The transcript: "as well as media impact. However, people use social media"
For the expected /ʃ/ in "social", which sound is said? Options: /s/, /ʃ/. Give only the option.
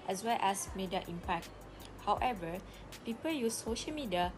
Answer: /ʃ/